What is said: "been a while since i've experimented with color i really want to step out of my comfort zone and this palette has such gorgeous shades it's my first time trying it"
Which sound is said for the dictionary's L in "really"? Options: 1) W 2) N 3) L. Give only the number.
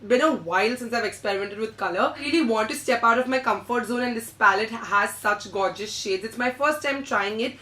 2